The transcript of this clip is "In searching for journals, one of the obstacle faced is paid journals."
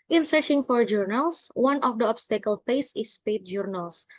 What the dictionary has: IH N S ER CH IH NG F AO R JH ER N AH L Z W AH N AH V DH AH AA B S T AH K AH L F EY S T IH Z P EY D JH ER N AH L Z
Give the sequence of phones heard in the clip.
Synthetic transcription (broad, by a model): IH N S ER CH IH NG F AO R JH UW N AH L S W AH N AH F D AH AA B S T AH K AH L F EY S IH S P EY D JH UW N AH L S